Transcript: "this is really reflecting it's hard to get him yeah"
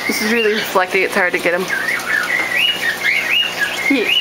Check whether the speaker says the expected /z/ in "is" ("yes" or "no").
yes